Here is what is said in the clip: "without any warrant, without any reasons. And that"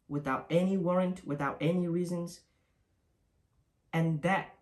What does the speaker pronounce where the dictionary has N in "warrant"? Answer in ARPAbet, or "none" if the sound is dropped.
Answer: N